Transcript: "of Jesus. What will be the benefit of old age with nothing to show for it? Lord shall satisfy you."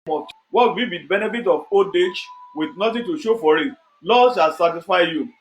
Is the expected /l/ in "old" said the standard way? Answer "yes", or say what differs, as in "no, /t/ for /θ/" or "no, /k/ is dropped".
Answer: no, /l/ is dropped